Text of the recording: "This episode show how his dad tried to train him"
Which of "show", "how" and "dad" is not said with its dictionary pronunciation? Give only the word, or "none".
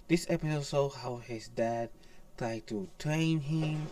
show